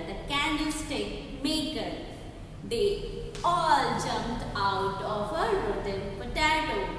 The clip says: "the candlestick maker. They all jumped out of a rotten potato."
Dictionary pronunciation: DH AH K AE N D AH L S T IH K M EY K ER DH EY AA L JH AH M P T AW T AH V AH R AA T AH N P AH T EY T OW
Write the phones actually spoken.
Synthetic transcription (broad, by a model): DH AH K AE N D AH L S T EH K M EY K ER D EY AA L JH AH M T AW T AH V AH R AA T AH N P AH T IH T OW